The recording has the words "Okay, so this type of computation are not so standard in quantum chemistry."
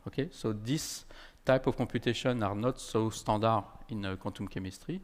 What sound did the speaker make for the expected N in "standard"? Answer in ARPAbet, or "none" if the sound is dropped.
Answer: none